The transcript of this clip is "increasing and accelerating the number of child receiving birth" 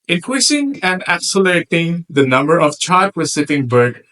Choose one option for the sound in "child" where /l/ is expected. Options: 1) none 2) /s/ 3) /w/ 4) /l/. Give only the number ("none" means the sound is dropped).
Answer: 1